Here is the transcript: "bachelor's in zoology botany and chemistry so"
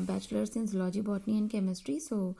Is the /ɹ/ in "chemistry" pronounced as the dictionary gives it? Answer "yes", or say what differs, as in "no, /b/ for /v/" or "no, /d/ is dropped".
yes